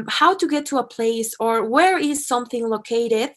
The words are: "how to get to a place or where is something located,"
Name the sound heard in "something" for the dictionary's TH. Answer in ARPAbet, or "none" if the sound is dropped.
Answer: TH